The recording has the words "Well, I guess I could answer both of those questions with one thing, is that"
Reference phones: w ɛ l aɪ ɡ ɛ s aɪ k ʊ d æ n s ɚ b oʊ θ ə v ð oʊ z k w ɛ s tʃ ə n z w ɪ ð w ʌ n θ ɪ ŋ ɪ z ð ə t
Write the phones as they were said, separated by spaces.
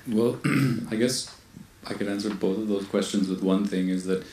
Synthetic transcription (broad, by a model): w ɛ l aɪ ɡ ɛ s aɪ k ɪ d æ n s ɚ b oʊ θ ə v ð oʊ z k w ɛ s tʃ ə n z w ɪ ð w ʌ n θ ɪ ŋ ɪ z ð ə t